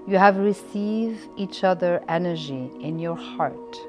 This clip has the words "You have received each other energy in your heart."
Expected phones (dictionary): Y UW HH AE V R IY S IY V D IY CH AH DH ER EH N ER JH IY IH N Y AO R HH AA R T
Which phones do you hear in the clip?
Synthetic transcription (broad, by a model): Y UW HH AE V R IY S IY V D IY CH AH DH ER EH N ER JH IY IH N Y AO R HH AA R T